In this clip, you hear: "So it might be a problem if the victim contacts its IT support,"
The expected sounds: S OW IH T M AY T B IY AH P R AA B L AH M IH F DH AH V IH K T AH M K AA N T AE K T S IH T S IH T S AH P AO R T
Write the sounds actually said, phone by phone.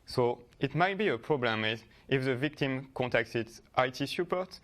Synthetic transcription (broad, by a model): S OW IH T M AY T B IY AH P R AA B L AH M IH F DH AH V IH K T AH M K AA N T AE K T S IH T S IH T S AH P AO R T